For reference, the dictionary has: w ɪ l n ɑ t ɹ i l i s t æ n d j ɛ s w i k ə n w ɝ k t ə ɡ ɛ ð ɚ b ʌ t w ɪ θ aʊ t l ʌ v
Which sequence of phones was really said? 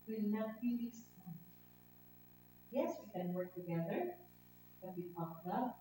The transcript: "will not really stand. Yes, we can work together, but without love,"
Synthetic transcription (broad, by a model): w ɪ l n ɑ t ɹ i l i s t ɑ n j ɛ s w i k ə n w ɝ k t ə ɡ ɛ ð ɚ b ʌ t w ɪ t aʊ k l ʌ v